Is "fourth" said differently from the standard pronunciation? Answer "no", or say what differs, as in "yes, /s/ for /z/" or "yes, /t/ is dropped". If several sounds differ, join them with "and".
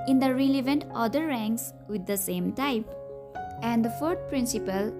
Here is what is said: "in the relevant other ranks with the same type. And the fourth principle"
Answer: yes, /t/ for /θ/